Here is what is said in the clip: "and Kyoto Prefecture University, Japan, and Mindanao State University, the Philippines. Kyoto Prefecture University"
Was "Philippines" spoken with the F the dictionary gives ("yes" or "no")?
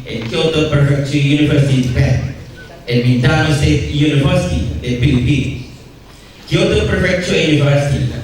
no